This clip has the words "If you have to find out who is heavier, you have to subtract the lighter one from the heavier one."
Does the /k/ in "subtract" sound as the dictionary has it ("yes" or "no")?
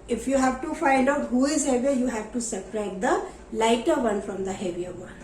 no